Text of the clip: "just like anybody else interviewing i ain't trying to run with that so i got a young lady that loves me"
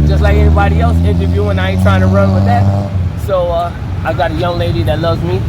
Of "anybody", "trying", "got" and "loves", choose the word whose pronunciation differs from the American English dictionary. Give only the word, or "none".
none